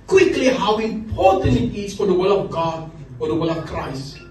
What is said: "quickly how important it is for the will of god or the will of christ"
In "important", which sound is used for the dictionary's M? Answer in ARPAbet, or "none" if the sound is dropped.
none